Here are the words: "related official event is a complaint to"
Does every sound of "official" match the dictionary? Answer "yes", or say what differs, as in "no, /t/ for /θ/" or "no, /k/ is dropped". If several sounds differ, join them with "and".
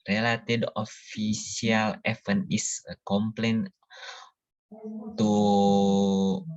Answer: no, /s/ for /ʃ/